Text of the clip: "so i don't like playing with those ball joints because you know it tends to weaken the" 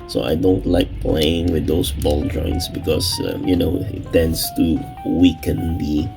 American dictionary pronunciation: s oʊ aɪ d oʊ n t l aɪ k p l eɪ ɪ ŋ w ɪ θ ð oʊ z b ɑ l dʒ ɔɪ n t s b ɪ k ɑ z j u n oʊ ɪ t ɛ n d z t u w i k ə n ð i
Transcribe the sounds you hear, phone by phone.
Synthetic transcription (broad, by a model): s oʊ aɪ d oʊ n t l aɪ k p l eɪ ɪ ŋ w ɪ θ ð oʊ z b ɑ l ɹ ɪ n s b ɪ k ɑ s j u n oʊ ɪ t ɛ n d s t u w i k ə n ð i